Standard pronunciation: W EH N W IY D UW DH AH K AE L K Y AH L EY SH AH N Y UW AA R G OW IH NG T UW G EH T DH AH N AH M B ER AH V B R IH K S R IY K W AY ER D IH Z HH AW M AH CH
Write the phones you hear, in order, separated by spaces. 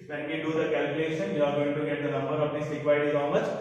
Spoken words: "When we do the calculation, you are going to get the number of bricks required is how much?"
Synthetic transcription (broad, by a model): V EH N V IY D UW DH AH K AE L K Y AH L EY SH AH N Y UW AA R G OW IH NG T UW G EH T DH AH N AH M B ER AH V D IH S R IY K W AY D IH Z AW M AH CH